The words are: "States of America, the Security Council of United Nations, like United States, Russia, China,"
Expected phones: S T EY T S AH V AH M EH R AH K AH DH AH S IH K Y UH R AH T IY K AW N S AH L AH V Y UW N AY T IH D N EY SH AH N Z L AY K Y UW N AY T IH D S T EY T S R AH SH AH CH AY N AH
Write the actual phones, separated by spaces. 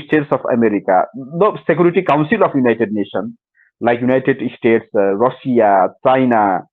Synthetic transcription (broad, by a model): S T EY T S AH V AH M EH R AH K AH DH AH S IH K Y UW R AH T IY K AW N S AH L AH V Y UW N AY T IH D N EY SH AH N L AY K Y UW N AY T IH D S T EY T S R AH S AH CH AY N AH